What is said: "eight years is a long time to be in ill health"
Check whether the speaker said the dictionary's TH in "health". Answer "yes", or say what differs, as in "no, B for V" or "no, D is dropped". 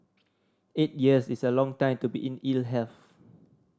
no, F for TH